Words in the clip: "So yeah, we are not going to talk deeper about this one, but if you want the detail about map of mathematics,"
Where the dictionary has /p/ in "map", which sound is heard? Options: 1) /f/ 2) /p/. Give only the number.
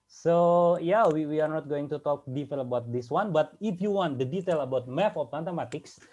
1